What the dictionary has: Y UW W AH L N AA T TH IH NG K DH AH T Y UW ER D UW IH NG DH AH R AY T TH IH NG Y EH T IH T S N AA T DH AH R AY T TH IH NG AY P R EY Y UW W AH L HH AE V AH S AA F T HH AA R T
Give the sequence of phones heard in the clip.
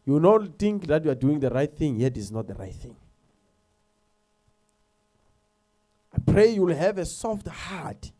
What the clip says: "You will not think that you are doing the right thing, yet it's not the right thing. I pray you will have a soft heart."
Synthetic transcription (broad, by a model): Y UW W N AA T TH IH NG K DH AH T Y UW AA D UW IH NG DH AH R AY T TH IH NG Y EH T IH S N AA T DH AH R AY T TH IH NG AY P R EY Y UW W L HH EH V AH S AA F T HH AA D